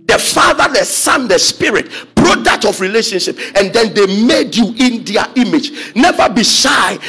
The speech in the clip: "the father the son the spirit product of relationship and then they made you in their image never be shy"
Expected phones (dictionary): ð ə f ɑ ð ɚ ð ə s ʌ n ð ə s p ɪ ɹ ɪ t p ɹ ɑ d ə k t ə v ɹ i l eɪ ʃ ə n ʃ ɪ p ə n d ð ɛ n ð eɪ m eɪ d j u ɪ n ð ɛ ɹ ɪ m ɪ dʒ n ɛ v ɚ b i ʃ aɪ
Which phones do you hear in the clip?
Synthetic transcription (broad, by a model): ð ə f ɑ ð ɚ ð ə s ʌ n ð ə s p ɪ ɹ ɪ t b ɹ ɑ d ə t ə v ɹ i l eɪ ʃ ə n ʃ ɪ p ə n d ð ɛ n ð eɪ m eɪ d j u ɪ n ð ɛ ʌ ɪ m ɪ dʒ n ɛ v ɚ b i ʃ aɪ